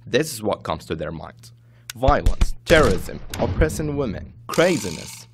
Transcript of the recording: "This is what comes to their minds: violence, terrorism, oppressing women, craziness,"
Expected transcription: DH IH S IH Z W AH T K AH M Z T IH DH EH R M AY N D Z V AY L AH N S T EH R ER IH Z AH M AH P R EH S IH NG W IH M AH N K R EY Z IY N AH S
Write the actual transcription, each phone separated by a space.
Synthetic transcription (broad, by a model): DH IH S IH Z W AH T K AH M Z T IH DH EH R M AY N D Z V AY L AH N S T EH R ER IH Z AH M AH P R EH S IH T W IH M AH N K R EY Z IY N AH S